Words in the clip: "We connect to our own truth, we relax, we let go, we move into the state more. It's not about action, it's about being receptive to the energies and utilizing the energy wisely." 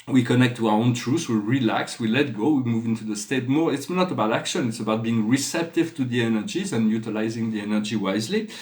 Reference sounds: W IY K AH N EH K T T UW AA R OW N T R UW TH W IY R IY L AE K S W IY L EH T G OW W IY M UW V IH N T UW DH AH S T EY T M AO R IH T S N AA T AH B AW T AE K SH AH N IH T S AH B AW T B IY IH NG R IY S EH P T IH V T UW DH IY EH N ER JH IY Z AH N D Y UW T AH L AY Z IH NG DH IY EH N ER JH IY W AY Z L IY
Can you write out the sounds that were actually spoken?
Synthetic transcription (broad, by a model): W IY K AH N EH K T T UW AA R OW N T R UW S W IY R IY L AE K S W IY L EH T G OW W IY M UW V IH N T UW DH AH S T EY T M AO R IH T S N AA T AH B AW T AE K SH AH N IH T S AH B AW T B IY IH NG R IY S EH P T IH V T UW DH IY EH N ER JH IY Z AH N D Y UW T AH L AY Z IH NG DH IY EH N ER JH IY W AY Z L IY